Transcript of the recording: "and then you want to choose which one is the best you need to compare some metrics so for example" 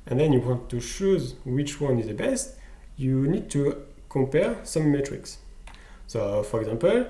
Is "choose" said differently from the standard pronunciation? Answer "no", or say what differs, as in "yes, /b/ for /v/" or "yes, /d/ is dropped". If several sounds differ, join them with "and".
yes, /ʃ/ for /tʃ/